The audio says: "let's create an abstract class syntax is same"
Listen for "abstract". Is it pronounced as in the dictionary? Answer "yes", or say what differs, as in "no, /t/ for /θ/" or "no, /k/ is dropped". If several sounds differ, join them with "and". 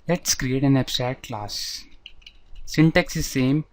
no, /k/ is dropped